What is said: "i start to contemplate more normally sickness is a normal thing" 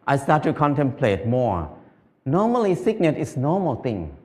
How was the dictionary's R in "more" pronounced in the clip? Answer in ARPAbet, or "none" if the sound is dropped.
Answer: R